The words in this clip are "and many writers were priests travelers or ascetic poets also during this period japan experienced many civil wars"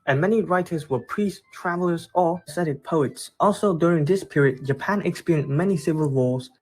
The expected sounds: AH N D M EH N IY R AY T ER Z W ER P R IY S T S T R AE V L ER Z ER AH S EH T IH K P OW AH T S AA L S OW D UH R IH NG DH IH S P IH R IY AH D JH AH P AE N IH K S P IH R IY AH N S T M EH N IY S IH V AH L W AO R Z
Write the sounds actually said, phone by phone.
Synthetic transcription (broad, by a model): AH N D M EH N IY R AY T ER Z W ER P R IY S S T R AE V L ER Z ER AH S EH T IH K P OW AH T S AA L S OW D UH R IH NG DH IH S P IH R IY AH D JH AH P AE N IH K S P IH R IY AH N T M EH N IY S IH V AH L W AO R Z